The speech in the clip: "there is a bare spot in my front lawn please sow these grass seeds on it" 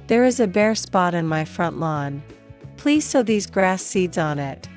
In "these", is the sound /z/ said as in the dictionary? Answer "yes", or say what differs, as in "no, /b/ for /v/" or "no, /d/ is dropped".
yes